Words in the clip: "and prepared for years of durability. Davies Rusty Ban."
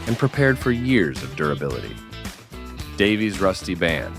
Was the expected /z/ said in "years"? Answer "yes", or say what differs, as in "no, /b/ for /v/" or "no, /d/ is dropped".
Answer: yes